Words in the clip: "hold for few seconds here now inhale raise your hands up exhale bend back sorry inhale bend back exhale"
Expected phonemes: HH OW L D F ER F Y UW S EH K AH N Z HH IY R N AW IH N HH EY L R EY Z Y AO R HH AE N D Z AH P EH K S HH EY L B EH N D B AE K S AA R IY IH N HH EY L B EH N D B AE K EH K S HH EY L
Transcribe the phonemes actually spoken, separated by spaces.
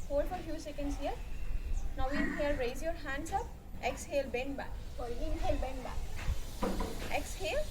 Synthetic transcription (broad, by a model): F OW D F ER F Y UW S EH K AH N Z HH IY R N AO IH N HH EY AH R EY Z Y AO R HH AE N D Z AH P EH K S HH EY L B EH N B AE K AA L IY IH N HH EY L B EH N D B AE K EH K S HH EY L